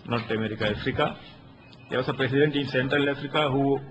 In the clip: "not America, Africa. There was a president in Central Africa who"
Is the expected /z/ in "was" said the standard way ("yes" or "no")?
no